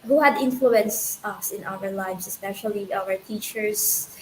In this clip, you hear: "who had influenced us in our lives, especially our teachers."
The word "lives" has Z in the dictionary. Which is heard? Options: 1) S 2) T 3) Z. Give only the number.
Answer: 1